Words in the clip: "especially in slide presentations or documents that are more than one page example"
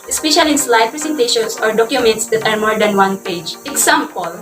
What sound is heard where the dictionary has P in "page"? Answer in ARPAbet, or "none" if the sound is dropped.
P